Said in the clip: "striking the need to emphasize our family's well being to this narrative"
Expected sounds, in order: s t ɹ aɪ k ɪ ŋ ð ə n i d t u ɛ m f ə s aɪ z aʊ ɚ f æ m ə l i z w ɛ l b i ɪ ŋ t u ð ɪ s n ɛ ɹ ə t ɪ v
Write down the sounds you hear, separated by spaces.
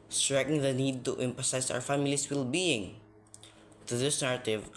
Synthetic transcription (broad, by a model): s t ɹ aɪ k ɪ ŋ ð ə n i d t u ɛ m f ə s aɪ s aʊ ɚ f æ m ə l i s w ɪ l b i ɪ ŋ t u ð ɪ s n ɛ ɹ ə t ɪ v